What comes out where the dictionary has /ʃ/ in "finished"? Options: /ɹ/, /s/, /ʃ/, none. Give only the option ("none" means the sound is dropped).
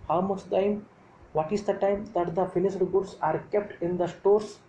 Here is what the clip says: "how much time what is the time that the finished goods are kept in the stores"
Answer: /s/